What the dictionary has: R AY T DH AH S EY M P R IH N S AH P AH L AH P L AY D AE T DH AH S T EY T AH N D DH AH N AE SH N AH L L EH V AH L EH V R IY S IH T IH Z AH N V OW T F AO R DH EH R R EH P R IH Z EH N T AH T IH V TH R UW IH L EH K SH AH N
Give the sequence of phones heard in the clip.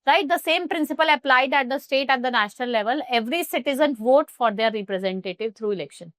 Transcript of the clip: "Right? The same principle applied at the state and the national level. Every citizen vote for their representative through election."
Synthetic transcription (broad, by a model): R AY T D AH S EY M P R IH N S AH P AH L AH P L AY D AE T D AH S T EY T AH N D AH N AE SH N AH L L EH V AH L EH V R IY S IH T IH Z AH N V OW T F AO R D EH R R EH P R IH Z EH N T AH T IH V T R UW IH L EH K SH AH N